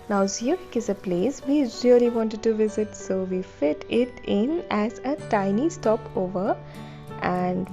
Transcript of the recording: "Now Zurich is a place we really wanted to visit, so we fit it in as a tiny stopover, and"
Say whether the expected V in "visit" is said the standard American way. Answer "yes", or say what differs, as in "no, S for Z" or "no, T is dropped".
yes